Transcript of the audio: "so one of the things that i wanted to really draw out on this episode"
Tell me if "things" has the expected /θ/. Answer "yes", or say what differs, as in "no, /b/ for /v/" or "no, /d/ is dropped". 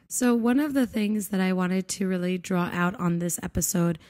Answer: yes